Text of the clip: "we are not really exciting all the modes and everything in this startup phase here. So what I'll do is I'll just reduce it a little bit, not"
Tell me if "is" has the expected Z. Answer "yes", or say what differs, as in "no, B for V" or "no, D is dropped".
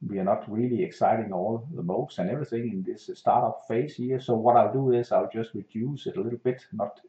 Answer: no, S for Z